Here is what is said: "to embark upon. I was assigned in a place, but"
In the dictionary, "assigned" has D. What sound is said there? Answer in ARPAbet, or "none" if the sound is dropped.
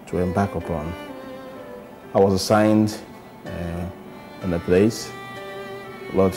D